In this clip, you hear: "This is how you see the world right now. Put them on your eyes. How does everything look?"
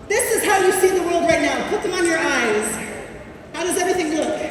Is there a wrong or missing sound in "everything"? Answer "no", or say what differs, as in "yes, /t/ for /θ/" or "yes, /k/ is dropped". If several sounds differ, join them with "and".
no